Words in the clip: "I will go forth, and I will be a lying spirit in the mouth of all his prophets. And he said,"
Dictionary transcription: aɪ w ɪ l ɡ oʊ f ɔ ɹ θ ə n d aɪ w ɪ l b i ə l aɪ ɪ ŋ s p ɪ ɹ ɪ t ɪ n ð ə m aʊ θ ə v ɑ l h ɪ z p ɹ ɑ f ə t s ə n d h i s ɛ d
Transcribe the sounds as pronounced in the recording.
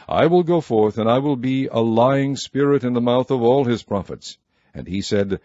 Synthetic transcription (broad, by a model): aɪ w ɪ l ɡ oʊ f ɔ ɹ θ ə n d aɪ w ɪ l b i ə l aɪ ɪ ŋ s p ɪ ɹ ɪ t ɪ n ð ə m aʊ θ ə v ɑ l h ɪ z p ɹ ɑ f ə t s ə n i s ɛ d